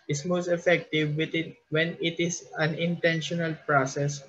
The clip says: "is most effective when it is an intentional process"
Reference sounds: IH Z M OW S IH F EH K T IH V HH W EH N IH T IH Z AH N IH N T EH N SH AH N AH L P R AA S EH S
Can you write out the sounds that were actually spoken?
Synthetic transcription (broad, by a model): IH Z M OW S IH F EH K T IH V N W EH N IH T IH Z AH N IH N T EH N SH AH N AH L P R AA S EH S